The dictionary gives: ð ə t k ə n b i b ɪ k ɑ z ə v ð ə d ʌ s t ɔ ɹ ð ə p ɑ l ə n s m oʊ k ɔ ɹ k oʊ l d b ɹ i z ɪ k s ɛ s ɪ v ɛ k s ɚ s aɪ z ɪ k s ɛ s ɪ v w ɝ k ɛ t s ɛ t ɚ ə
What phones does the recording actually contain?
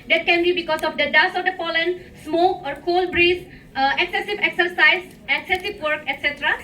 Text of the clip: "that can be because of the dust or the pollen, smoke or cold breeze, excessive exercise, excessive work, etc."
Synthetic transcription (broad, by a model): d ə t k ə n b i b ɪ k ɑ s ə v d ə d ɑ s ɔ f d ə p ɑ l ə n s m oʊ k ɔ ɹ k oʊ l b ɹ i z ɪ k s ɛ s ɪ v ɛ k s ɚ s aɪ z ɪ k s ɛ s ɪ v w ɝ k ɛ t s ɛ t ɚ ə